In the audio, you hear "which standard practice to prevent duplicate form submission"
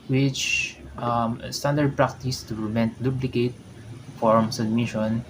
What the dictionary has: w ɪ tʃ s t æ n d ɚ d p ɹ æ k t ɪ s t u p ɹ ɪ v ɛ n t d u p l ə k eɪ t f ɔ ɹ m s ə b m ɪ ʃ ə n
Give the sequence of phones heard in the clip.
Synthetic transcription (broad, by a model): w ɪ tʃ s t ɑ n d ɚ d p ɹ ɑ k t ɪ s t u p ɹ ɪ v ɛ n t d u b l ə k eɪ t f ɔ ɹ m s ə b m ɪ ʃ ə n